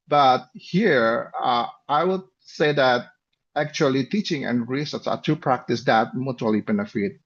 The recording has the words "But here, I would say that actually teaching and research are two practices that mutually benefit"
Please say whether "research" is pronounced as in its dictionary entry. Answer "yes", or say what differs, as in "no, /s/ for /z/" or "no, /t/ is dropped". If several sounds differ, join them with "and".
no, /s/ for /tʃ/